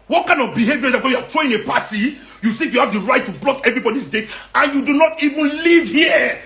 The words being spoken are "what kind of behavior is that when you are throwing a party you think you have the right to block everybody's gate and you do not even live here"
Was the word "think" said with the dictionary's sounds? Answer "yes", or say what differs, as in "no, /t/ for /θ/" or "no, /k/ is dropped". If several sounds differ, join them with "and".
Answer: no, /s/ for /θ/